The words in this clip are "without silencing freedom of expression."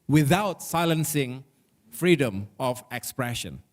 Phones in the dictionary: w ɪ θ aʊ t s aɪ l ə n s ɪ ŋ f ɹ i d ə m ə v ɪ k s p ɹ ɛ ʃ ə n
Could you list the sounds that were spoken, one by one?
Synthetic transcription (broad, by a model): w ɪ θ aʊ t s aɪ l ə n s ɪ ŋ f ɹ i d ə m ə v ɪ k s p ɹ ɛ ʃ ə n